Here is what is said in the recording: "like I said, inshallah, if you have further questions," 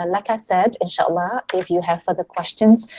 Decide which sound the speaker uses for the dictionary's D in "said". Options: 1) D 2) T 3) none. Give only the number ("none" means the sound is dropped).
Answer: 1